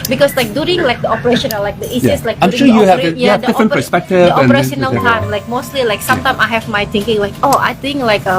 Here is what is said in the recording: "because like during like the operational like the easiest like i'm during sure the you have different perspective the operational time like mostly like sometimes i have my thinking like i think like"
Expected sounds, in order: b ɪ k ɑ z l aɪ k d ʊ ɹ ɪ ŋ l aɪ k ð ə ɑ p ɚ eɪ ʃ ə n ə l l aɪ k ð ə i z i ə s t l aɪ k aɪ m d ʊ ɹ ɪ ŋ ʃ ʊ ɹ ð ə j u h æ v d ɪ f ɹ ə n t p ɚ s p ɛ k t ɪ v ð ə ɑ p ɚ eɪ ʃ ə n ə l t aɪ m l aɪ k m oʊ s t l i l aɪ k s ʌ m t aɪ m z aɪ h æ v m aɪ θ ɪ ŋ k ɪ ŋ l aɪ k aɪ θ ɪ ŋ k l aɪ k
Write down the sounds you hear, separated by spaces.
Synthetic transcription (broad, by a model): b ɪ k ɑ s l aɪ k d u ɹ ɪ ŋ l aɪ k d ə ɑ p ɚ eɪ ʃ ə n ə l l aɪ k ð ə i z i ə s l aɪ k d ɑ ɪ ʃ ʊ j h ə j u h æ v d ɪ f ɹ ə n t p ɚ s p ɛ k t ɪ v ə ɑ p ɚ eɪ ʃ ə n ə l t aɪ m l aɪ k m oʊ s t l i l aɪ k s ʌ m t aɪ m aɪ h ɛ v m aɪ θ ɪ ŋ k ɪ ŋ l aɪ k aɪ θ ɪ ŋ k l aɪ k